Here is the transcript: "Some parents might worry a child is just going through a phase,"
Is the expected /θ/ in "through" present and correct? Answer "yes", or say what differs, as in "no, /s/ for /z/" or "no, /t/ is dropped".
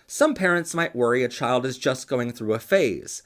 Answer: yes